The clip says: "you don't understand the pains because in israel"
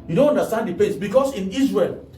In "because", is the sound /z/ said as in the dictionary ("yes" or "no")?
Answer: no